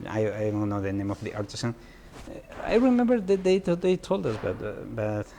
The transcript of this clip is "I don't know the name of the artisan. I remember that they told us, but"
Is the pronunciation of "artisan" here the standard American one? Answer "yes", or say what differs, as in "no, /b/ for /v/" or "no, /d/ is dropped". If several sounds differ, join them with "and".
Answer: no, /s/ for /z/